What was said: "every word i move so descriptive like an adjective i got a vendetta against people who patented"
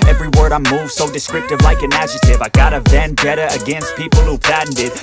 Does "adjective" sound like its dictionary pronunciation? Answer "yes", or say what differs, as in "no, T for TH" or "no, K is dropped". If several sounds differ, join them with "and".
no, K is dropped